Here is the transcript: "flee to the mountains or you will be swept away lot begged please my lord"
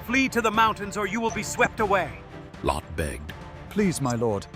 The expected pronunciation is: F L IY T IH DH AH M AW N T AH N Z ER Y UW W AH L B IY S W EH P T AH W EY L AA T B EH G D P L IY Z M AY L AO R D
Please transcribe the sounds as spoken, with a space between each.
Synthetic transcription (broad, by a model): F L IY T IH DH AH M AW N T AH N Z ER Y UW W AH L B IY S W EH P T AH W EY L AA T B EH G D P L IY Z M AY L AO R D